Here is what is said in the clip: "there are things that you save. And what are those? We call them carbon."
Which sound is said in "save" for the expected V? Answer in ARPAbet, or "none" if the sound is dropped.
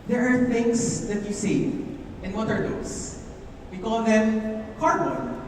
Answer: none